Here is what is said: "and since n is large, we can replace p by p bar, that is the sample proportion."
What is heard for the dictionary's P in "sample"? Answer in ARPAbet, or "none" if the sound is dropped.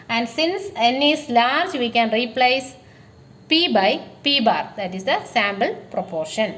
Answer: B